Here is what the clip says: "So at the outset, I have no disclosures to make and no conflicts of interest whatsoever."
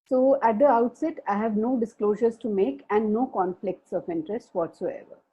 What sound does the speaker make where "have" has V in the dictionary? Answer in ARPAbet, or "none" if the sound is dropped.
V